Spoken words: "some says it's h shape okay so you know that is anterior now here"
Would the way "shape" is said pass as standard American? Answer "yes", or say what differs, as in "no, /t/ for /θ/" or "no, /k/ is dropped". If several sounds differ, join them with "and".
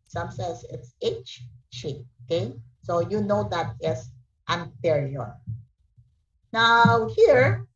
no, /p/ is dropped